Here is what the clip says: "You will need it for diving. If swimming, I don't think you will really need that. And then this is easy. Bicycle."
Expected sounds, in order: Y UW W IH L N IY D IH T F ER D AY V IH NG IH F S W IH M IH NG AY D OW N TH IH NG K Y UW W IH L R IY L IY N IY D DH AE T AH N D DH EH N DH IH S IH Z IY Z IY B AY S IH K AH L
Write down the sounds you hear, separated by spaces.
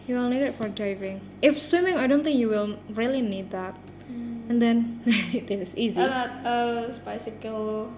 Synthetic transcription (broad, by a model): Y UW W IH L N IY D IH T F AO D AY V IH NG IH F S W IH M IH NG AY D OW N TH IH NG K Y UW W IH L R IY L IY N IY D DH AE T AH N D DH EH N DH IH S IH S IY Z IY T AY S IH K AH L